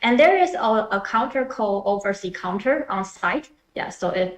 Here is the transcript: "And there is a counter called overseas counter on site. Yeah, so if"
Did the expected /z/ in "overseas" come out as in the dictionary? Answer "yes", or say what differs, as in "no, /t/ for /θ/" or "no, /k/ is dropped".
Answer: no, /z/ is dropped